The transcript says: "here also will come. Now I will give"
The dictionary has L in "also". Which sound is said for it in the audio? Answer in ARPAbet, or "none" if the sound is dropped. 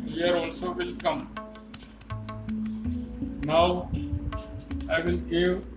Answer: L